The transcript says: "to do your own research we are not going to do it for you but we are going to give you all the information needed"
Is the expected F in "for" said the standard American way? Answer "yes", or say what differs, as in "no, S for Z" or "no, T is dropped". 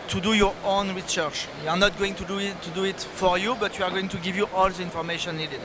yes